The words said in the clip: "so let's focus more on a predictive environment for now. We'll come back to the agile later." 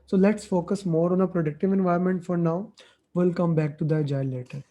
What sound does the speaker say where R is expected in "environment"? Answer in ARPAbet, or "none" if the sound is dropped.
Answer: none